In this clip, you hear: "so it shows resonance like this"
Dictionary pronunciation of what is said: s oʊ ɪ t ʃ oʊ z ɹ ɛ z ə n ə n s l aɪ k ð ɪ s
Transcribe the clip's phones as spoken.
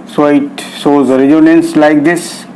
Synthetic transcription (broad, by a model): s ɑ ɪ t s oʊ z ɹ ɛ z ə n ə n s l aɪ k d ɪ s